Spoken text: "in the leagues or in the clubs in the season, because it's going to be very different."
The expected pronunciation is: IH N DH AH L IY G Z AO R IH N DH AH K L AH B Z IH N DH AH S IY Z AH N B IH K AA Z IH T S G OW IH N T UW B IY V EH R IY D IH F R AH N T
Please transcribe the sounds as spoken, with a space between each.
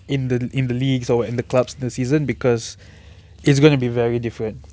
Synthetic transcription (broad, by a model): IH N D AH L IY G S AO W IH N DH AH K L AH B S IH N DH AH S IY Z AH N B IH K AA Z IH T S G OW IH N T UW B IY V EH R IY D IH F R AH N T